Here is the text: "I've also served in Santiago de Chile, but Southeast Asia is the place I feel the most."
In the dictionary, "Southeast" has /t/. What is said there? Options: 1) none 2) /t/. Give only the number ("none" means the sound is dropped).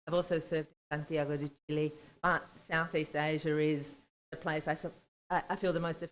2